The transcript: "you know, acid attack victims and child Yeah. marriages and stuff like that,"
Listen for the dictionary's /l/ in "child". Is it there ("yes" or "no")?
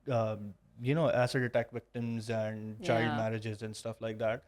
no